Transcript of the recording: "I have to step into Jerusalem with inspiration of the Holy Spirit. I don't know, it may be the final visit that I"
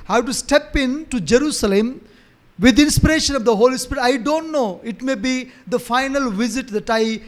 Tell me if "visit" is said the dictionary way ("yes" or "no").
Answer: yes